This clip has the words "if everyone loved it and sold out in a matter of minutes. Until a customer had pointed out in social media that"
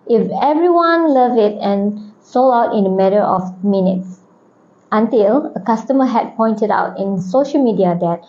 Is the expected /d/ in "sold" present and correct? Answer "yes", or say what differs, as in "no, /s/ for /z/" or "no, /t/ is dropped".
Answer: no, /d/ is dropped